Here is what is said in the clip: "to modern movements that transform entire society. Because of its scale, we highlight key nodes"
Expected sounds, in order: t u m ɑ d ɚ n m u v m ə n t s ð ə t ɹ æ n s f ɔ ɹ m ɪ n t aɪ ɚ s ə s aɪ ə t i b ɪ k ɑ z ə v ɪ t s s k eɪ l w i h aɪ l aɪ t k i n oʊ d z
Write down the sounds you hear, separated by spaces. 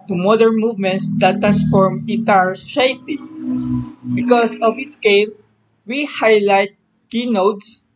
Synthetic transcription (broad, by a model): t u m ɑ d ɚ n m u v m ə n t s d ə t ɹ æ n s f ɔ ɹ m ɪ t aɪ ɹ ʃ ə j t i b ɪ k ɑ s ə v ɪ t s s k eɪ l w i h aɪ l aɪ t k i n oʊ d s